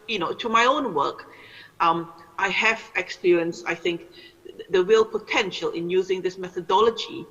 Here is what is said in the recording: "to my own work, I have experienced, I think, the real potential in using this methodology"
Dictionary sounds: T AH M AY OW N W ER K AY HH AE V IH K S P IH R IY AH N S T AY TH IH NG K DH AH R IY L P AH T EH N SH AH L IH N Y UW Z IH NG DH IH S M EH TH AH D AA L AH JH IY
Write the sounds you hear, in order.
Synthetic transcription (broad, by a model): T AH M AY OW N W ER K AY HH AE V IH K S P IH R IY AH N S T AY TH IH NG K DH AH R IY L P AH T EH N SH AH L IH N Y UW Z IH NG DH IH S M EH TH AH D AA L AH JH IY